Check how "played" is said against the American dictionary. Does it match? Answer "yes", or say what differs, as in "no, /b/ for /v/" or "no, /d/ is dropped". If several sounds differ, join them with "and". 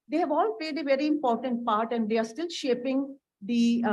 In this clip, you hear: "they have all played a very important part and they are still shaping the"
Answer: yes